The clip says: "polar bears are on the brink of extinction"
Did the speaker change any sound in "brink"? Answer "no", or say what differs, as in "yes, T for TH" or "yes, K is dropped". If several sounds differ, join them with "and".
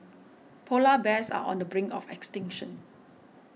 yes, K is dropped